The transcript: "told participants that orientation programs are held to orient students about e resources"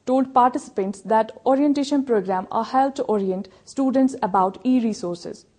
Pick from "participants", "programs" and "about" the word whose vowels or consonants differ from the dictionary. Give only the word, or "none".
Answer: programs